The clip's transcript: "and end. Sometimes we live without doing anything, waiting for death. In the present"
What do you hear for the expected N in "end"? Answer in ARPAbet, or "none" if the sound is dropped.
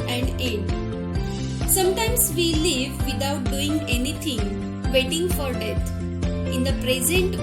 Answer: none